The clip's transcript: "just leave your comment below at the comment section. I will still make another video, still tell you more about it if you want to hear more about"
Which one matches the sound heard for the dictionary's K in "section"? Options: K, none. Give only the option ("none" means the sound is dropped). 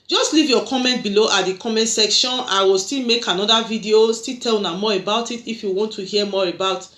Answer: K